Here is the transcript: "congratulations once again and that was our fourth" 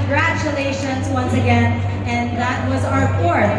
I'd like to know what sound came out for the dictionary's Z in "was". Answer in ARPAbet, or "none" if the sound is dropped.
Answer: Z